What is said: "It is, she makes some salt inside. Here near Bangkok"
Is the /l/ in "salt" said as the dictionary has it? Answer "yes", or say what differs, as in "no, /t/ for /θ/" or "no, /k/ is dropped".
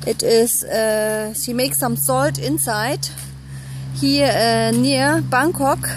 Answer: yes